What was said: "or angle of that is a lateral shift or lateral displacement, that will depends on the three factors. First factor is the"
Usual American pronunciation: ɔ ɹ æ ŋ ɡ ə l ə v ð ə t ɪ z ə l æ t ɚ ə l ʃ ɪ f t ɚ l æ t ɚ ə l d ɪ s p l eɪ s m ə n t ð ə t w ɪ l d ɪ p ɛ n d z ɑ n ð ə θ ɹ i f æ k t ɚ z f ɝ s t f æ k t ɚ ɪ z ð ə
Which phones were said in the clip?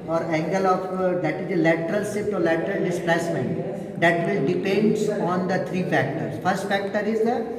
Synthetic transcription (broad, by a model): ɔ ɹ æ ŋ ɡ ə l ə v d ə t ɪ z ə l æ t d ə l s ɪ t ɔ l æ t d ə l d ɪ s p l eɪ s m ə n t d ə t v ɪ l d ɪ p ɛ n d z ɑ n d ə t ɹ i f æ k t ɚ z f ɝ s t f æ k t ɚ ɪ z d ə